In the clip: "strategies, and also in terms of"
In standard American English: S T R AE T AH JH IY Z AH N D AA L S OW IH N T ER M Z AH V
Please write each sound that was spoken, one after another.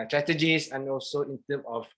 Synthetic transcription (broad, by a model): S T R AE T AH JH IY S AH N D AA L S OW IH N T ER M AH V